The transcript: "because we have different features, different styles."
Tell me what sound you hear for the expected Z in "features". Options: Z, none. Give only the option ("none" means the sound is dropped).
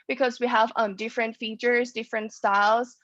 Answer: Z